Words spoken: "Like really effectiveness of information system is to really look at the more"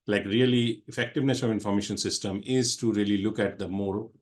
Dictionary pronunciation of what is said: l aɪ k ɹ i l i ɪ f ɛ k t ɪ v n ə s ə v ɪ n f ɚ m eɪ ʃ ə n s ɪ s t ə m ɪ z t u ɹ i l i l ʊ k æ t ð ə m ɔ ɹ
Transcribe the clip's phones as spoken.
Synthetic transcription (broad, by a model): l aɪ k ɹ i l i ɪ f ɛ k t ɪ v n ə s ə v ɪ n f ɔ m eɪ ʃ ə n s ɪ s t ə m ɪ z t u ɹ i l i l ʊ k æ t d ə m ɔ ɹ